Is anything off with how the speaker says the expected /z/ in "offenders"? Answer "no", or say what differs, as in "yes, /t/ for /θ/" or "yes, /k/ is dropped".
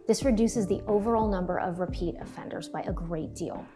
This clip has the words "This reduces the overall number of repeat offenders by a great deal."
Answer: no